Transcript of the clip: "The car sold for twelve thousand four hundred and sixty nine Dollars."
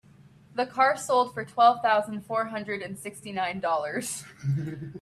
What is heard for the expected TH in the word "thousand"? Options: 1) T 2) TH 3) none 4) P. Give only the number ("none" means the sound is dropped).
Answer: 2